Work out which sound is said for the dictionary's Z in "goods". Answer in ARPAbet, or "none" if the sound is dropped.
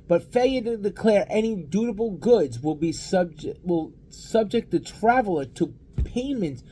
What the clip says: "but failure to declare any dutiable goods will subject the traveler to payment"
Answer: Z